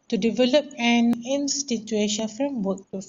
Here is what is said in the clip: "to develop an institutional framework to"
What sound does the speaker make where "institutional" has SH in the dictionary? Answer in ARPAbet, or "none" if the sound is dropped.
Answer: none